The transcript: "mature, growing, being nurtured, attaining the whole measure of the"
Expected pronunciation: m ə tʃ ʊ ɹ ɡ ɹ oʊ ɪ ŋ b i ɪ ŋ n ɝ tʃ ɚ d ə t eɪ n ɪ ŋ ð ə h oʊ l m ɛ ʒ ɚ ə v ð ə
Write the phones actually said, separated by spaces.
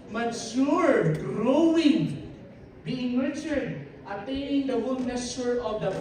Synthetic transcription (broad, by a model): m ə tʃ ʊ ɹ ɡ ɹ oʊ ɪ ŋ b i ɪ ŋ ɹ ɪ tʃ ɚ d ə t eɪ ɪ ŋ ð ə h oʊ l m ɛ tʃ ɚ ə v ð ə